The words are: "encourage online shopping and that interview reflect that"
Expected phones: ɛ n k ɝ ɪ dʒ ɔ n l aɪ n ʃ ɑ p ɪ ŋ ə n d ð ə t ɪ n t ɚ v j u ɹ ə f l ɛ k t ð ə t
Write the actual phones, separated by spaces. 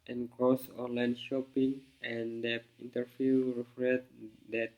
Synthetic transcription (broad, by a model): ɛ n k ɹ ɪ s ɔ n l aɪ n ʃ ɑ p ɪ ŋ ə n d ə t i n t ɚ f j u ɹ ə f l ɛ t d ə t